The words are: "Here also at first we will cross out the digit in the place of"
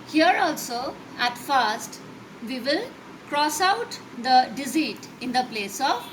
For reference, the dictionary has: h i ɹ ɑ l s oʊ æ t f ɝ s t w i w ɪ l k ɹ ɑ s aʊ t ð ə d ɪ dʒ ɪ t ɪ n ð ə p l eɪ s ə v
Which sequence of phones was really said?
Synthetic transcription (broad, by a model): h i ɹ ɑ l s oʊ æ t f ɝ s t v i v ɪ l k ɹ ɑ s aʊ t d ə d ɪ z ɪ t ɪ n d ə p l eɪ s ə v